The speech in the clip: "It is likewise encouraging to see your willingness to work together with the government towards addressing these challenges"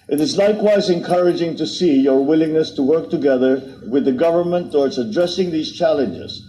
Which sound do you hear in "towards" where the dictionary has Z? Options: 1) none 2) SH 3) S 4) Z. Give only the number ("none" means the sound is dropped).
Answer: 3